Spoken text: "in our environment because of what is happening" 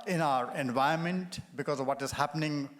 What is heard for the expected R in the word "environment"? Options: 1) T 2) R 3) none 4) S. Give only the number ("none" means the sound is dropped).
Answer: 3